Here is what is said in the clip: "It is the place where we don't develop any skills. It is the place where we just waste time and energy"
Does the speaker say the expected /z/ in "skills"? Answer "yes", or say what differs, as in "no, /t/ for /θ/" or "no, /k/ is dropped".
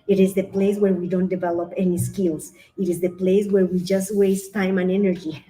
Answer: no, /s/ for /z/